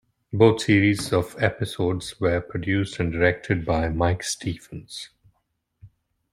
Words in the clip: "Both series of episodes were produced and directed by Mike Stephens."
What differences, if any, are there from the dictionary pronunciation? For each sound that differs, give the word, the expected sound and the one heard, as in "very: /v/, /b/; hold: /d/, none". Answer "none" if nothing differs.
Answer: both: /θ/, /t/